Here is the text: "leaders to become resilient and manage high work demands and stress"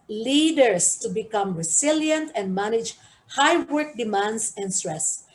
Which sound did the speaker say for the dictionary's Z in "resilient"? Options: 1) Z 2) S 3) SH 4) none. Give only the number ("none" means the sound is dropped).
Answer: 2